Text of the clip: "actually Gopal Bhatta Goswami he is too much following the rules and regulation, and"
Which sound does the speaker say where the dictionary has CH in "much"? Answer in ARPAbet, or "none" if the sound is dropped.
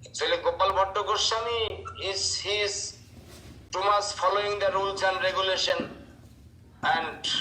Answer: S